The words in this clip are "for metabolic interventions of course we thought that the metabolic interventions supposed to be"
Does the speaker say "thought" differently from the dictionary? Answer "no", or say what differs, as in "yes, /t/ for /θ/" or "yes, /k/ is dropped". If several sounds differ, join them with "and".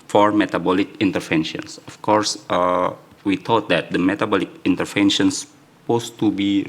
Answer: yes, /t/ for /θ/